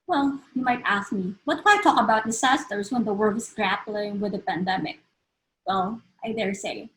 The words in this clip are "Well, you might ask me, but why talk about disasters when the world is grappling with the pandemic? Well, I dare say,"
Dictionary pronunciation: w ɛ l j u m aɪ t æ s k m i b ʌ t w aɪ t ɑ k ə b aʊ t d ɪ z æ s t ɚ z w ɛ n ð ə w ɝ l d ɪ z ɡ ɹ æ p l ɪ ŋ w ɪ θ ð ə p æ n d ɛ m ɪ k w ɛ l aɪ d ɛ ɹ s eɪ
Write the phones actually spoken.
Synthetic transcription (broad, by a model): w ɛ l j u m aɪ t æ s k m i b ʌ t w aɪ t ɑ k ə b aʊ t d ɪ s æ s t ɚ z w ɛ n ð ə w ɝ d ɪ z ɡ ɹ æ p l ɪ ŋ w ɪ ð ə p æ n d ɛ m ɪ k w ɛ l aɪ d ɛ ɹ s eɪ